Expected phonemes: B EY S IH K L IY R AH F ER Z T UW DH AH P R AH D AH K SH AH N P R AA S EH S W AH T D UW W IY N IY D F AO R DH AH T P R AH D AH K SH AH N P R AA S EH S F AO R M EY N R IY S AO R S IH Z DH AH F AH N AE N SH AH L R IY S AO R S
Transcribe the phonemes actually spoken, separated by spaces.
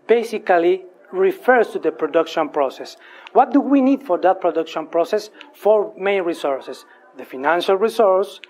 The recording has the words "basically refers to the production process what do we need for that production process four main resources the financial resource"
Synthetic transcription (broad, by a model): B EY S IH K L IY R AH F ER S T UW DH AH P R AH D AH K SH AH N P R AA S EH S W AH T D UW W IY N IY D F AO R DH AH T P R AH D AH K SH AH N P R AA S EH S F AO R M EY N R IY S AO R S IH S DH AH F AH N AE N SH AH L R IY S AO R S